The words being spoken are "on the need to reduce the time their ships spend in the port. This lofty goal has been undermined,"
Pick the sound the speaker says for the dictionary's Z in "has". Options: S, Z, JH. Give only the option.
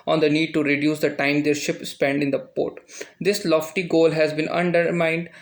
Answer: Z